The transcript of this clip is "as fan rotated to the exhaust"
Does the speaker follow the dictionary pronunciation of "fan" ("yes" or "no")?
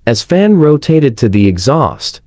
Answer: yes